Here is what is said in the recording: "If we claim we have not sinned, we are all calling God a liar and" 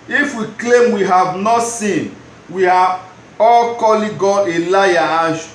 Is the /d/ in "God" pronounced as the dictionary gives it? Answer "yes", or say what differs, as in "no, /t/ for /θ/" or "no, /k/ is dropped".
no, /d/ is dropped